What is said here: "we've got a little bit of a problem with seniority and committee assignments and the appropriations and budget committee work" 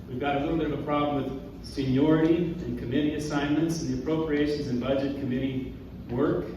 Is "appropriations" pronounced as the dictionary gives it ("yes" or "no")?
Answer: yes